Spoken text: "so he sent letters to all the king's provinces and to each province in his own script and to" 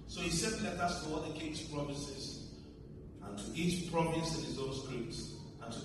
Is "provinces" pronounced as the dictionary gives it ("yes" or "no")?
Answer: no